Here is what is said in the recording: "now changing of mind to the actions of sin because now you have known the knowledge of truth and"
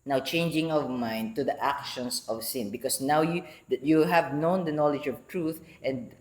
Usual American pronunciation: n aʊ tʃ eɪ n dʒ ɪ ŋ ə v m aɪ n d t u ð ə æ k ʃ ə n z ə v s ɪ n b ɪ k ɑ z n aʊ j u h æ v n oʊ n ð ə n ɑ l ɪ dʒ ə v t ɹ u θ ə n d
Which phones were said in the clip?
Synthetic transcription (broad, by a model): n aʊ tʃ eɪ n dʒ ɪ ŋ ə v m aɪ n d t u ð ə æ k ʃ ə n s ə v s ɪ n b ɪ k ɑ s n aʊ j u h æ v n oʊ n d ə n ɑ l ɪ dʒ ə v t ɹ u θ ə n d